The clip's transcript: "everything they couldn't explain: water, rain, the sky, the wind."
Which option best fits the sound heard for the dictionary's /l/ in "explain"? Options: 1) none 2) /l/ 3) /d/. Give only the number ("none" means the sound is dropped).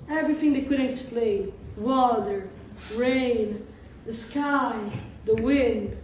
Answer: 2